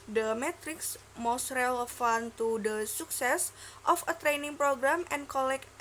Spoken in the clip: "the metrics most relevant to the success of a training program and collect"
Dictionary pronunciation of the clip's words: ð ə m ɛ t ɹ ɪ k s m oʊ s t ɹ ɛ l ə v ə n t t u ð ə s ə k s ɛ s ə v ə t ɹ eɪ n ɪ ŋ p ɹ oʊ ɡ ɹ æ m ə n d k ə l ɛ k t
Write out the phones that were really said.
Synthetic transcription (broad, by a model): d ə m ɛ t ɹ ɪ k s m oʊ s t ɹ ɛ l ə f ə n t t u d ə s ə k s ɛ s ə f ə t ɹ eɪ n ɪ ŋ p ɹ oʊ ɡ ɹ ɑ m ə n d k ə l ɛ k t